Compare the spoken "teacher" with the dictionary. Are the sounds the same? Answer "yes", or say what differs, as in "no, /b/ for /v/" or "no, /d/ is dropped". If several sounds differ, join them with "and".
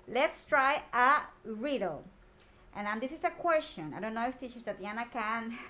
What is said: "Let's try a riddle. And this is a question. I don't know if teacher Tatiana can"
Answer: no, /ʃ/ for /tʃ/